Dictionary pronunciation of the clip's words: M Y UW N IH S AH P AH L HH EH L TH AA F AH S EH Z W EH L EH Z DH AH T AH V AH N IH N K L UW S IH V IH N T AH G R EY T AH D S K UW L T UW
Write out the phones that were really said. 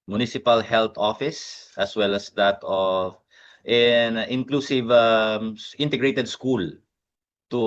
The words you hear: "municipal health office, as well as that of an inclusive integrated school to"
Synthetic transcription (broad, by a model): M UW N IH S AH P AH L HH EH L T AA F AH S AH S W EH L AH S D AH T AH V AH N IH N K L UW S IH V IH N T AH G R EY T AH D S K UW L T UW